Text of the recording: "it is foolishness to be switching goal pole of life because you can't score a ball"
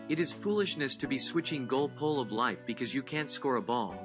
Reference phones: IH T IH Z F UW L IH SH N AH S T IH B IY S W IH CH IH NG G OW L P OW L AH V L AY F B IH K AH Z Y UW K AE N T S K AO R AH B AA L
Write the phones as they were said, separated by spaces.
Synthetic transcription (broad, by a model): IH T IH Z F UW L IH SH N AH S T IH B IY S W IH CH IH NG G OW L P OW L AH V L AY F B IH K AH Z Y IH K AE N T S K AO R AH B AA L